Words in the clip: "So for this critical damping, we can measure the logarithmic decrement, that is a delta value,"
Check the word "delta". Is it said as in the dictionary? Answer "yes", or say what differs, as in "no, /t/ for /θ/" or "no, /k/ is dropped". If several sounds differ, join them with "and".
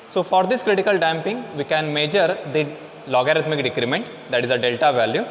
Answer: yes